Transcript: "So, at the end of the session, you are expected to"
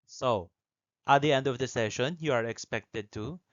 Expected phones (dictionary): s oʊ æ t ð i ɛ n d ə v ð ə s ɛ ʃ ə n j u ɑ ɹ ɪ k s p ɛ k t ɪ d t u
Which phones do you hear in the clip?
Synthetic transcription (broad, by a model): s oʊ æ t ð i ɛ n d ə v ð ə s ɛ ʃ ə n j u ɑ ɹ ɪ k s p ɛ k t ɪ d t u